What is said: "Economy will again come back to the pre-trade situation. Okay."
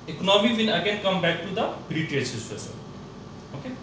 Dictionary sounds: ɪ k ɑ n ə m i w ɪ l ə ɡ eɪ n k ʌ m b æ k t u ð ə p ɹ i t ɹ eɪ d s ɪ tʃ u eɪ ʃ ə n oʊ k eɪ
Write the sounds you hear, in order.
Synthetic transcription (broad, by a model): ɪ k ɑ n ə m i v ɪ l ə ɡ eɪ n k ʌ m b æ k t u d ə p ɹ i t eɪ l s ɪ s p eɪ s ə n oʊ k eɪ